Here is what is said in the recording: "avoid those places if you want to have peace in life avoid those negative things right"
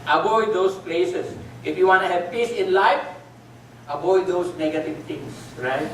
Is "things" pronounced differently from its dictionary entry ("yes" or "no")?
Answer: yes